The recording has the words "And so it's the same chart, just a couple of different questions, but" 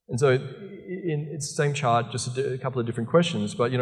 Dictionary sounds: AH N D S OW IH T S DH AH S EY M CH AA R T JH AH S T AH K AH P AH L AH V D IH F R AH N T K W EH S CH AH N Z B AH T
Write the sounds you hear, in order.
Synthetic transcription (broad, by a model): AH N S OW IH T S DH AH S EY M CH AA R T JH AH S T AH K AH P L AH V D IH F R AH N K W EH S CH AH N Z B AH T